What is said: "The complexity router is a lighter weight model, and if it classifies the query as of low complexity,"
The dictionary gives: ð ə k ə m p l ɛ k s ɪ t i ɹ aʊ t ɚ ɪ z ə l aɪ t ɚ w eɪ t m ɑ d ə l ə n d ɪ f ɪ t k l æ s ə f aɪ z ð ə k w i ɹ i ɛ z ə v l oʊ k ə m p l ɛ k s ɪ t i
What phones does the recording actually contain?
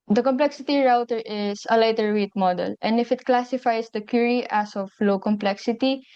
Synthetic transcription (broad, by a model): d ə k ə m p l ɛ k s ɪ t i ɹ aʊ t ɚ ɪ s ə l aɪ t ɚ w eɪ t m ɑ d ə l ə n d ɪ f ɪ t k l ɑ s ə f aɪ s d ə k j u ɹ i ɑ s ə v l oʊ k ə m p l ɛ k s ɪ t i